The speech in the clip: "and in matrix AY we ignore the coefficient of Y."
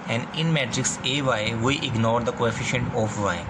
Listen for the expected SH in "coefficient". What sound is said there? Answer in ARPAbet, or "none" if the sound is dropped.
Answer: SH